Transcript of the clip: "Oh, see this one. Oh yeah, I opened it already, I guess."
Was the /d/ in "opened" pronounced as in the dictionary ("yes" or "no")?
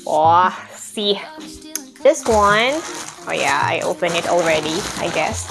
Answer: no